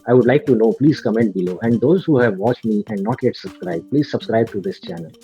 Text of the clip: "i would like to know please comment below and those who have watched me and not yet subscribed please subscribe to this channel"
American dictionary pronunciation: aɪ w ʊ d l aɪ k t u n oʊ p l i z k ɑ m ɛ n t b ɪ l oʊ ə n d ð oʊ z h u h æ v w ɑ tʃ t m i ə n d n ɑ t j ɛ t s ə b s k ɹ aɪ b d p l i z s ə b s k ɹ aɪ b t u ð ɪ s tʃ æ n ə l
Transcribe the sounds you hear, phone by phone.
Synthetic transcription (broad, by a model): aɪ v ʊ d l aɪ k t u n oʊ p l i z k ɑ m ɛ n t b ɪ l oʊ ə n d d oʊ z h u h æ v ɑ tʃ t m i ə n d n ɑ t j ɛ t s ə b s k ɹ aɪ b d p l i z s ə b s k ɹ aɪ b t u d ɪ s tʃ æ n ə l